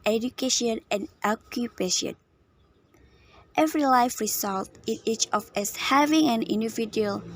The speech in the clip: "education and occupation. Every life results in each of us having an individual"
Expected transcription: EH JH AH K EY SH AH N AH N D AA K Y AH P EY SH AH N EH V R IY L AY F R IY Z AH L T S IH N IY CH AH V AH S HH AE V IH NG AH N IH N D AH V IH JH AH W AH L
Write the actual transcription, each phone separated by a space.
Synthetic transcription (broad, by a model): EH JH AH K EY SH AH N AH N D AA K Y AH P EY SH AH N EH V R IY L AY F R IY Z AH L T IH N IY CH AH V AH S HH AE V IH NG AH N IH N D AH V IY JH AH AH L